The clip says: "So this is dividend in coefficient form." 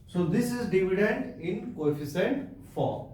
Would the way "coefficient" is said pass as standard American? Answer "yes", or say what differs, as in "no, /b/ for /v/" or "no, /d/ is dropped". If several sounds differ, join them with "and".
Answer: no, /s/ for /ʃ/